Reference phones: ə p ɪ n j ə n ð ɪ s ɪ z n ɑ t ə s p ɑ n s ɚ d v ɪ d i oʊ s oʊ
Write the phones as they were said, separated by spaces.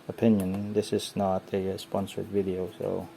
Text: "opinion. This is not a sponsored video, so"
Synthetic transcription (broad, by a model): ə p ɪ n j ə n ð ɪ s ɪ z n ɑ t ə s p ɑ n s ɚ d v ɪ d i oʊ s oʊ